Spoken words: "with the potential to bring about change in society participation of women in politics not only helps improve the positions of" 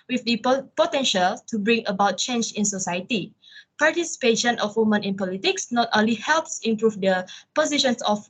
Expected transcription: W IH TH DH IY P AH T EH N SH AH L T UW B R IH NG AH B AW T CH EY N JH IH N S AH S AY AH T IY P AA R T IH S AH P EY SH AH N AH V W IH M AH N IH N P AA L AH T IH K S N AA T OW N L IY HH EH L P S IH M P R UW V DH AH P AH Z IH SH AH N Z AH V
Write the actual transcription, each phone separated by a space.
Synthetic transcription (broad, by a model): W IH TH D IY P AH T EH N SH AH L T UW B R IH NG AH B AW T CH EY N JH IH N S AH S AY AH T IY P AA R T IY S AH P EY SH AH N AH F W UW M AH N IH N P AA L AH T IH K S N AA T OW N L IY HH EH L P S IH M P R UW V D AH P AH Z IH SH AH N S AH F